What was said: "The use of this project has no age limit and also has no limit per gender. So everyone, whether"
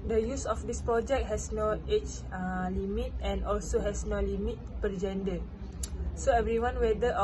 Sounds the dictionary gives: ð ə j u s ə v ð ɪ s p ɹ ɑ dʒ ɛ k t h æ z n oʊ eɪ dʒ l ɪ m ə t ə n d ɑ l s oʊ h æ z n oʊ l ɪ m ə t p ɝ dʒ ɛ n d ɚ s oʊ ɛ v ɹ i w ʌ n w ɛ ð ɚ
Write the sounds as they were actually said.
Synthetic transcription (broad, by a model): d ə j u s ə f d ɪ s p ɹ ɑ dʒ ɛ k t h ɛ s n oʊ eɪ tʃ l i m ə t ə n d ɑ l s oʊ h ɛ s n oʊ l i m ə t p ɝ dʒ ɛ n d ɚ s oʊ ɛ v ɹ i w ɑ n w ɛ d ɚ